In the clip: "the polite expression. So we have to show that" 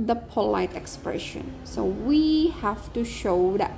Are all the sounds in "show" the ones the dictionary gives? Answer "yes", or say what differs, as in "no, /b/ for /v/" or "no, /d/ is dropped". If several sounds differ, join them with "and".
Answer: yes